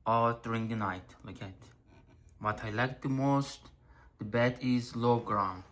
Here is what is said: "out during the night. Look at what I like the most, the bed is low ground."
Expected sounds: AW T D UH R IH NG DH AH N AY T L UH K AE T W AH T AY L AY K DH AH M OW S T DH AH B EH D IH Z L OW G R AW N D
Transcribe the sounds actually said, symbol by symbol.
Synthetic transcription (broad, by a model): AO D R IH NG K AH N AY T L UH K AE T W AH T AY L AY K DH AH M OW S T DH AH B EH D IH Z L OW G R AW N